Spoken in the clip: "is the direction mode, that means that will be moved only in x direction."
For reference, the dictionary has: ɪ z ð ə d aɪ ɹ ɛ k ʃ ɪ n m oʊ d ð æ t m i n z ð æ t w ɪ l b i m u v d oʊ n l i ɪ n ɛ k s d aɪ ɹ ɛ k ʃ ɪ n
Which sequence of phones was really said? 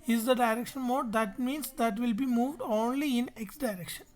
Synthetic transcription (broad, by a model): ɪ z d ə d aɪ ɹ ɛ k ʃ ɪ n m oʊ d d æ t m i n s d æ t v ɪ l b i m u v d oʊ n l i ɪ n ɛ k s d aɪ ɹ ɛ k ʃ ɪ n